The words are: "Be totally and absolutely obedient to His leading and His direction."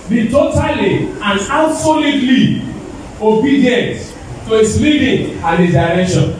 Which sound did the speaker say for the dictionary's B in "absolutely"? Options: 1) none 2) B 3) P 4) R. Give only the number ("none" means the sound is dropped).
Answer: 1